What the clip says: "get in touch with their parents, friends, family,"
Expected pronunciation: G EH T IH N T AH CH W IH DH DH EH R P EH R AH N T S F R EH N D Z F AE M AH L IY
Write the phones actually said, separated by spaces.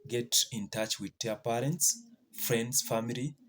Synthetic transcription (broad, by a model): G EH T IH N T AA CH W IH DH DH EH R P EH R AH N T S F R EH N D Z F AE M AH L IY